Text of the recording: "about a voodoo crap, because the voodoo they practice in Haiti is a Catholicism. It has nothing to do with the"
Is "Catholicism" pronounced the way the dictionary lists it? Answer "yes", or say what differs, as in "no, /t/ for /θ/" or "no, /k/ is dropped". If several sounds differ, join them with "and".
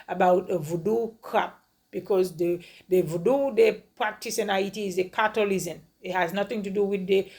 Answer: no, /t/ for /θ/